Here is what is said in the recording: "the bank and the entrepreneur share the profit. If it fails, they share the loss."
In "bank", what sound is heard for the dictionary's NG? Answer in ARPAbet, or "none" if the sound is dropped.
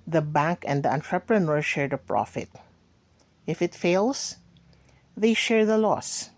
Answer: NG